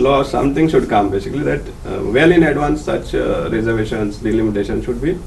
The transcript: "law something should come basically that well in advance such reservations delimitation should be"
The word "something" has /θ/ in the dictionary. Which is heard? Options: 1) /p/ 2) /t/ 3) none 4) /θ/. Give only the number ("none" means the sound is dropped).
2